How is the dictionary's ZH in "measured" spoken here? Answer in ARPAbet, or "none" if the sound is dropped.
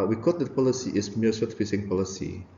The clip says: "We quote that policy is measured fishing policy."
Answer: S